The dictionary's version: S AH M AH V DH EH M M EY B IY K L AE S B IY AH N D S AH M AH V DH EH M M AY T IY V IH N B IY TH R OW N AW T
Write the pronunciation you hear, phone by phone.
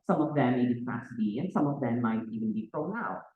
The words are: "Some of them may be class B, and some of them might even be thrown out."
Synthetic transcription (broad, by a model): S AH M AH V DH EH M M EY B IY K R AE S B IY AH N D S AH M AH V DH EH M M AY T IY V IH N B IY F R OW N AW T